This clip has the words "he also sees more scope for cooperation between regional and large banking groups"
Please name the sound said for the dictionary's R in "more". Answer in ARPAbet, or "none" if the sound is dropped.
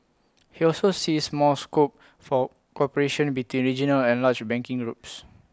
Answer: L